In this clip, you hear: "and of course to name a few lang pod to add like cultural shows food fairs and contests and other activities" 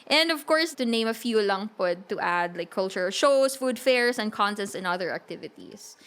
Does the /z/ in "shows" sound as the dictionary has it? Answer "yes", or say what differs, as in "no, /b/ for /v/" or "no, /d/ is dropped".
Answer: no, /s/ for /z/